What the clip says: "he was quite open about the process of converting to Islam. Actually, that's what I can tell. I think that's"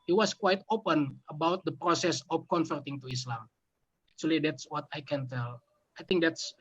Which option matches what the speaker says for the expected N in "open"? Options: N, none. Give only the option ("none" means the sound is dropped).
N